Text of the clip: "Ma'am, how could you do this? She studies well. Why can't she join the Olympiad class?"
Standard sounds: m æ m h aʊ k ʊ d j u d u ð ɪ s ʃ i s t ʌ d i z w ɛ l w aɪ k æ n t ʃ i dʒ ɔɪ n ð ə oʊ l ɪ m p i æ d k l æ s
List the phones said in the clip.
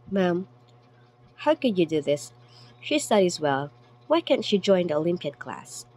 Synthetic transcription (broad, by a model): m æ m h aʊ k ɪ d j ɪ d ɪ ð ɪ s ʃ i s t ʌ d i z w ɛ l w aɪ k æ n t ʃ i dʒ ɔɪ n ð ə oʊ l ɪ m p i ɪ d k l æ s